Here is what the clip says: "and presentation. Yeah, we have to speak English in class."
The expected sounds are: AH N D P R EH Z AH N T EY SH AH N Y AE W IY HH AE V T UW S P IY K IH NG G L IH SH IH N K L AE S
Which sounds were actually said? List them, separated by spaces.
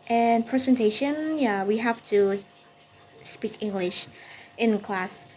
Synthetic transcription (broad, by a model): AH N P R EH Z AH N T EY SH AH N Y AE W IY HH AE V T UW S P IY K IH NG G L IH SH IH N K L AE S